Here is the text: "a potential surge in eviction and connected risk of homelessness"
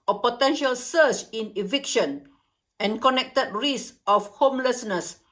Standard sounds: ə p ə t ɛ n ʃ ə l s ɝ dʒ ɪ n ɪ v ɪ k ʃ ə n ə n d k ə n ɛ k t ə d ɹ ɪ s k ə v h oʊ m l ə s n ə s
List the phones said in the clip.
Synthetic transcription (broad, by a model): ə p ə t ɛ n ʃ ə l s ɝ tʃ ɪ n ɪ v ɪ k ʃ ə n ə n k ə n ɛ k t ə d ɹ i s ə f h oʊ m l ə s n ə s